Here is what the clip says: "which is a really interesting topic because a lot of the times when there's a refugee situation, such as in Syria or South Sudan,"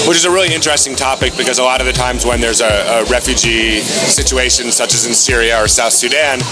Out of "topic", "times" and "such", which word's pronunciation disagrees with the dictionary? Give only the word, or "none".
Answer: none